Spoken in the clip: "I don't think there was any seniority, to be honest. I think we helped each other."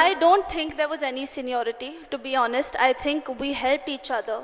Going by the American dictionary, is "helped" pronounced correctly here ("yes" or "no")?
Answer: yes